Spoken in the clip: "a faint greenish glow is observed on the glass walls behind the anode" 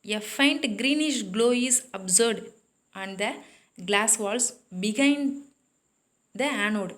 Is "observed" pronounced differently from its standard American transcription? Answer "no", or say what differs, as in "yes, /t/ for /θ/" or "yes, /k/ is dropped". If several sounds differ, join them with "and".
yes, /v/ is dropped